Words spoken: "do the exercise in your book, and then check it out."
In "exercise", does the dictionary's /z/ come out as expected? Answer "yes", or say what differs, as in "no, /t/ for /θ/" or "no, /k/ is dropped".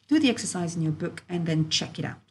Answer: yes